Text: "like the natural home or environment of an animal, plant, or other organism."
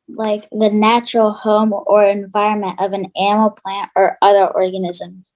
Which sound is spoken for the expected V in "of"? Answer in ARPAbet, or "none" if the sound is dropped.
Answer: V